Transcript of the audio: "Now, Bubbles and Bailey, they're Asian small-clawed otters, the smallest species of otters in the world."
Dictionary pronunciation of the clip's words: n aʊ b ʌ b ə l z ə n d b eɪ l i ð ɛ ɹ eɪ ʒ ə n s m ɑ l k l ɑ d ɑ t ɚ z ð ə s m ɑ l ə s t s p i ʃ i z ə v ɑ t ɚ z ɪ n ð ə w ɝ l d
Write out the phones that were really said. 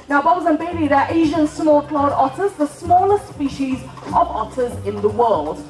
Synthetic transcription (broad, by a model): n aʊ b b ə z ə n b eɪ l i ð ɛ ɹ eɪ ʒ ə n s m ɑ l k l ɑ d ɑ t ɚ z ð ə s m ɑ l ə s t s p i ʃ i z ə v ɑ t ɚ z ɪ n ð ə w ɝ l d